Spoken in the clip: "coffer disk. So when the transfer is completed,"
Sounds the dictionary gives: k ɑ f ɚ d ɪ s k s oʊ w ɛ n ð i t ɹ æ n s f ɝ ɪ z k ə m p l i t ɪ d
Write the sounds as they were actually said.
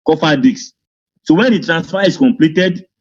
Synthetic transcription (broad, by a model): k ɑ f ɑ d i k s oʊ w ɛ n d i t ɹ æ n s f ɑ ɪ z k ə m p l i t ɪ d